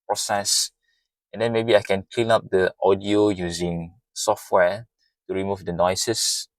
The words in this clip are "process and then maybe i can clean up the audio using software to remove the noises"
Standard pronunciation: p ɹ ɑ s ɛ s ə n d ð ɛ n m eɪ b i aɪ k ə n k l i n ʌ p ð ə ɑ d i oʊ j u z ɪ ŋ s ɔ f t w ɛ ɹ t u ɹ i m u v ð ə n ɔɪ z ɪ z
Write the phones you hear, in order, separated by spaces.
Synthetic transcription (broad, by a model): p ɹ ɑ s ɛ s ə n d ɛ n m eɪ b i aɪ k ə n k l i n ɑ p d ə ɑ d i oʊ j u z ɪ ŋ s ɔ f t w ɛ t u ɹ i m u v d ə n ɔɪ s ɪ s